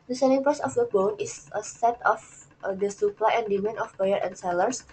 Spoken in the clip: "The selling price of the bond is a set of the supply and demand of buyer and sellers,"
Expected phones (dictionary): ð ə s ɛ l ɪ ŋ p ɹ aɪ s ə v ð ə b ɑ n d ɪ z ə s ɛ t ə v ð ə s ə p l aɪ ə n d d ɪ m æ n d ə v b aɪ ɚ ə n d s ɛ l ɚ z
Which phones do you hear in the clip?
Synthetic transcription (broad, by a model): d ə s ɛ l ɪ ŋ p aɪ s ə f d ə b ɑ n ɪ s ə s ɛ t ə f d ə s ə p l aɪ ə n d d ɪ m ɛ n ə f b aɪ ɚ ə n s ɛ l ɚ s